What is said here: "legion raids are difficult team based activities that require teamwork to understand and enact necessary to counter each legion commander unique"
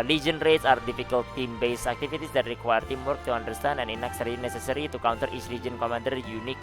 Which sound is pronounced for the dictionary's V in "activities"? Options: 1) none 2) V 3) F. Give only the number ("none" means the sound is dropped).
3